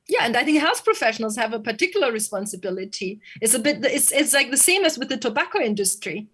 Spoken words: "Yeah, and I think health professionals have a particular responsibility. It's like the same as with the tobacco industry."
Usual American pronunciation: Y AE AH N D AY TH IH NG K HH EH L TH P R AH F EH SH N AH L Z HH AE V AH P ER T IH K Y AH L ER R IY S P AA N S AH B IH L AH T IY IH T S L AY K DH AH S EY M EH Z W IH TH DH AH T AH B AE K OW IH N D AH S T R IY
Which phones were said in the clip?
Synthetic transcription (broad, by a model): Y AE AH N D AY TH IH NG K HH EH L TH P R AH F EH SH N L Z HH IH V AH P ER T IH K Y L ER R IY S P AA N S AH B IH L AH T IY IH T S L AY K DH AH S EY M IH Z W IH DH AH T AH B AE K OW IH N D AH S T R IY